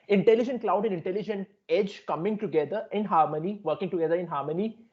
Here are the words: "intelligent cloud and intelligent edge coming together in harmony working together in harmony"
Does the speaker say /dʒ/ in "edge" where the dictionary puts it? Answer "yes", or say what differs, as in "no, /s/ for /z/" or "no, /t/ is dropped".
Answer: yes